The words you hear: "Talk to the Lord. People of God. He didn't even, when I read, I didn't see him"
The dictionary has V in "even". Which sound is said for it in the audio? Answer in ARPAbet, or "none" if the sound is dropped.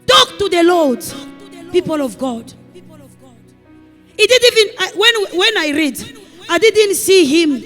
W